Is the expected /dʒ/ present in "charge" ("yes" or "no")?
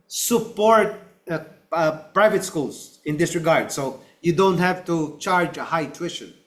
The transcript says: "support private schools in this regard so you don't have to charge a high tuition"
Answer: yes